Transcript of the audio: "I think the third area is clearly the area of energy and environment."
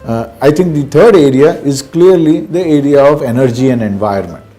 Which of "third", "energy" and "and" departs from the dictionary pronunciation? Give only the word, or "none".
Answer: third